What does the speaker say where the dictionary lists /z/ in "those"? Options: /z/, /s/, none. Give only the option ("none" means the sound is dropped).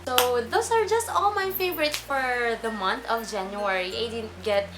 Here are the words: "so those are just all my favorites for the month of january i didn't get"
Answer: /s/